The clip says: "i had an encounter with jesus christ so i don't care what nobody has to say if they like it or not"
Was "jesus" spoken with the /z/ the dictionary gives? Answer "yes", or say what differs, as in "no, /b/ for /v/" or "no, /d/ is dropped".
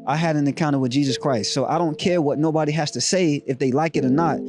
yes